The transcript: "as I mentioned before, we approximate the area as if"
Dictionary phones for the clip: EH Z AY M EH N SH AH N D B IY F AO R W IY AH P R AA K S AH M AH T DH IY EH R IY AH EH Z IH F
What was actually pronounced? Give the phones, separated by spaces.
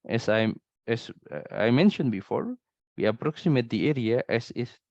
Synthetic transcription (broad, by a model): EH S AY M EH N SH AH N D B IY F AO R W IY AH P R AA K S AH M AH T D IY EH R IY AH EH S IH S